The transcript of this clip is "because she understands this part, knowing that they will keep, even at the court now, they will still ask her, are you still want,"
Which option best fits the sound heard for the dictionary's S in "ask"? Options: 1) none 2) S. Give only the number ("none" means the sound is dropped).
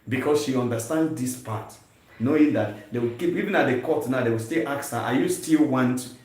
1